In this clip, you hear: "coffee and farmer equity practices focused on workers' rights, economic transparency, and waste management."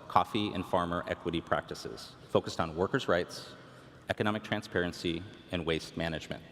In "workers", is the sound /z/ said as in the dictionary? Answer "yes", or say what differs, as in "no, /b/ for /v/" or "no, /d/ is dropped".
yes